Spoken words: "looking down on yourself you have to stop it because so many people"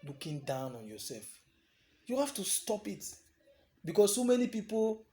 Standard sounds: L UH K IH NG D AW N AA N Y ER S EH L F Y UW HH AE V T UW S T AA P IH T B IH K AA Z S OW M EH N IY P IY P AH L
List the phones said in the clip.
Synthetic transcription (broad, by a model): L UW K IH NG D AW N AA N Y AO S EH L F Y UW HH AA F T UW S T AA P IH T B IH K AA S S OW M EH N IY P IY P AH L